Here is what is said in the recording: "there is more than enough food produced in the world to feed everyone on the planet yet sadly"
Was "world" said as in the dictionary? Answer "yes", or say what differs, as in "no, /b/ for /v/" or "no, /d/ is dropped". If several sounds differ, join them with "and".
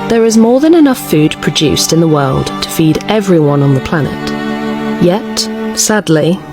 yes